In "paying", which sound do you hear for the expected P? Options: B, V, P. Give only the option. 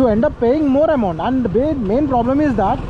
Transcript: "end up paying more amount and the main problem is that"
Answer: P